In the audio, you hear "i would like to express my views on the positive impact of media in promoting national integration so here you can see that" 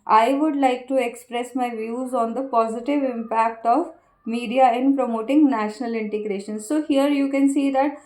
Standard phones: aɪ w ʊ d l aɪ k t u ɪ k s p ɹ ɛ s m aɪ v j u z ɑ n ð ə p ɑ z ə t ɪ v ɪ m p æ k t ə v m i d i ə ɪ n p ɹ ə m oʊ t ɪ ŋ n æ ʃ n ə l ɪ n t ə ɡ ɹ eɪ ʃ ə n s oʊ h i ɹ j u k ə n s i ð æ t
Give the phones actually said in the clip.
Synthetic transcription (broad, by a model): aɪ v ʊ d l aɪ k t u ɪ k s p ɹ ɛ s m aɪ v j u z ɑ n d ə p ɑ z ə t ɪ v ɪ m p æ k t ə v m i d i ə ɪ n p ɹ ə m oʊ t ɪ ŋ n æ ʃ n ə l ɪ n t ə ɡ ɹ eɪ ʃ ə n s oʊ h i ɹ j u k ə n s i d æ t